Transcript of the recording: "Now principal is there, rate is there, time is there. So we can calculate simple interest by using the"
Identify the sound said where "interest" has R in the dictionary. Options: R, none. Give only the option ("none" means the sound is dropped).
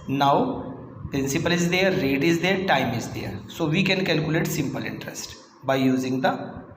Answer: R